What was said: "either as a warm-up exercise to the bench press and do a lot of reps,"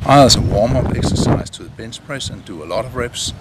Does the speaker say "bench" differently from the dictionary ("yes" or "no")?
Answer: yes